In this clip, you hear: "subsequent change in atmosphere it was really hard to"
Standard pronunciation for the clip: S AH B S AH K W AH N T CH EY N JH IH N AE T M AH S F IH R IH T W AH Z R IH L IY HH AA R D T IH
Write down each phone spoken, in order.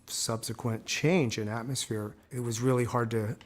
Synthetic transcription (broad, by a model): S AH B S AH K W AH N CH EY N JH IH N AE T M AH S F IH R IH T W AH Z R IH L IY HH AA R D T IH